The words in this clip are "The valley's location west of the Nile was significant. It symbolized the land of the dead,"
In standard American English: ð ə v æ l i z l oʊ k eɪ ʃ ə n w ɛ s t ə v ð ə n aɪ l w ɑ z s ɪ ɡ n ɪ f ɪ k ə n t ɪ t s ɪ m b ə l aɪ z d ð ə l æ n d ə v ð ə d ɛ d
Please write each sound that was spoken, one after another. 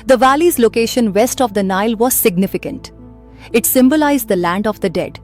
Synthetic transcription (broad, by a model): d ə v æ l i z l oʊ k eɪ ʃ ə n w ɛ s t ə v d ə n aɪ l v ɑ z s ɪ ɡ n ɪ f ɪ k ə n t ɪ t s ɪ m b ə l aɪ z d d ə l æ n d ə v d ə d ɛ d